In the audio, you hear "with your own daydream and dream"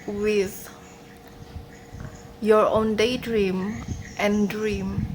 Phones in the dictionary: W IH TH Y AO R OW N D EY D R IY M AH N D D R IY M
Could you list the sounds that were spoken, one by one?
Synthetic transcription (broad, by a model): W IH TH Y AO R OW N D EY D R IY M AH N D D R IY M